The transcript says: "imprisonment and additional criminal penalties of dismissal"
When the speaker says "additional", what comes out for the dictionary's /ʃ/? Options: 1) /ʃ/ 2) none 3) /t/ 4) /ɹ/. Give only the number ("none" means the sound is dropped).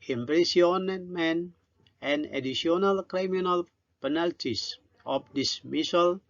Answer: 2